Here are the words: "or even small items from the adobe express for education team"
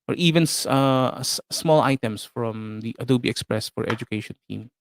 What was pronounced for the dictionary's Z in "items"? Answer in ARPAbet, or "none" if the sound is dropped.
S